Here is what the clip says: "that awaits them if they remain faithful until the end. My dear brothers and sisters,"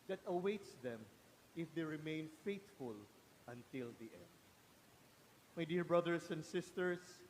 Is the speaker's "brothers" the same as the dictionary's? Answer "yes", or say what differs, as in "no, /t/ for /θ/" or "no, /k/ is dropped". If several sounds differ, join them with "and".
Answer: no, /s/ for /z/